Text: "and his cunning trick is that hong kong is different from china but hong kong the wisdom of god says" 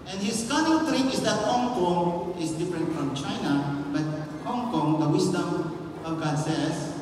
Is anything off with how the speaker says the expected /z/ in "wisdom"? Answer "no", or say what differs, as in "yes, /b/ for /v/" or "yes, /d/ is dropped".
yes, /s/ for /z/